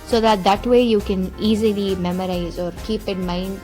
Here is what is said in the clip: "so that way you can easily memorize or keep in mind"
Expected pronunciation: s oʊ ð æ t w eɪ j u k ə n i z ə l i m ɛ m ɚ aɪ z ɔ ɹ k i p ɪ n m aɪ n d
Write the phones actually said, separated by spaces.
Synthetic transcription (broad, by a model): s oʊ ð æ t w eɪ j u k ə n i z ə l i m ɛ m ɚ aɪ z ɔ ɹ k i p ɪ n m aɪ n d